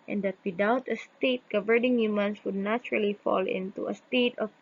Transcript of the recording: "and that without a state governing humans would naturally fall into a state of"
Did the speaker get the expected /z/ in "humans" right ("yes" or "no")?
no